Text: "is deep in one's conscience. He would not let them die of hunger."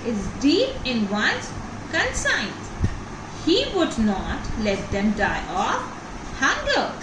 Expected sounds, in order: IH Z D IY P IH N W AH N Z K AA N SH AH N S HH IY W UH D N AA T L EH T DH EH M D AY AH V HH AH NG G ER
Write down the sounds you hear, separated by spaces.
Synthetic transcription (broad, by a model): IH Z D IY P IH N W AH N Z K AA N S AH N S HH IY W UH D N AA T L EH T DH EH M D AY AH F HH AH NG G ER